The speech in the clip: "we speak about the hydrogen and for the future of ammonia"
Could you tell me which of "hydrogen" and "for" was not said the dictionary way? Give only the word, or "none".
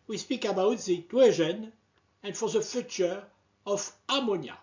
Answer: hydrogen